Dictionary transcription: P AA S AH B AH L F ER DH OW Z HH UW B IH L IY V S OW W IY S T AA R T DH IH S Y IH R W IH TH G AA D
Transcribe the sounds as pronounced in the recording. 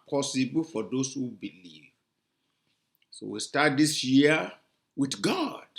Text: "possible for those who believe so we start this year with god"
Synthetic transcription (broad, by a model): P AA S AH B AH L F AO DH OW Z HH UW B IH L IY V S OW W IY S T AA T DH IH S Y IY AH W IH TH G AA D